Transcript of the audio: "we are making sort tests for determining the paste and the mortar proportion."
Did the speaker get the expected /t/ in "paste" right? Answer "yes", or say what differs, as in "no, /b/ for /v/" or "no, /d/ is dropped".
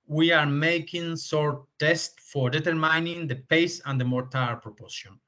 no, /t/ is dropped